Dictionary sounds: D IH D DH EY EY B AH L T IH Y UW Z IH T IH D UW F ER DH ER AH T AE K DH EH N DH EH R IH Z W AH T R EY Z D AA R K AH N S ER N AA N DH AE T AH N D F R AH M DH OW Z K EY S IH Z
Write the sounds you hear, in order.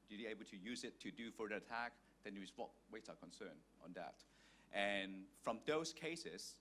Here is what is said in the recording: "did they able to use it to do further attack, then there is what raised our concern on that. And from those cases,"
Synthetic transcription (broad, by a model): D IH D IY EY B AH L T IH Y UW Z IH T IH D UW F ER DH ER AH T AE K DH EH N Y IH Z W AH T W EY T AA K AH N S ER N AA N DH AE T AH N F R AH M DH OW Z K EY S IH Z